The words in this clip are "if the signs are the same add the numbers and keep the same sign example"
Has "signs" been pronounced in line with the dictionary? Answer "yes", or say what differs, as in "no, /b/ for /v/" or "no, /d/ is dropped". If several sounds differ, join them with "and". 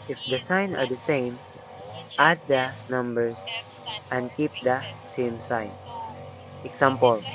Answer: no, /z/ is dropped